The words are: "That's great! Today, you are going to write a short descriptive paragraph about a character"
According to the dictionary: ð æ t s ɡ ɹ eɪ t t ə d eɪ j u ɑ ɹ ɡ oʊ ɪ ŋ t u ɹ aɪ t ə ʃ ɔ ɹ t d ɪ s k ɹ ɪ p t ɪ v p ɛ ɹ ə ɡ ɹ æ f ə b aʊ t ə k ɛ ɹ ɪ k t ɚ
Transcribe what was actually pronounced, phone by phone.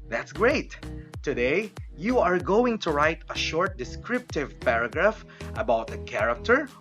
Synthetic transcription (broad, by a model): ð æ t s ɡ ɹ eɪ t t ə d eɪ j u ɑ ɹ ɡ oʊ ɪ ŋ t u ɹ aɪ t ə ʃ ɔ ɹ t d ɪ s k ɹ ɪ p t ɪ v p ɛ ɹ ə ɡ ɹ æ f ə b aʊ t ə k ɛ ɹ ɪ k t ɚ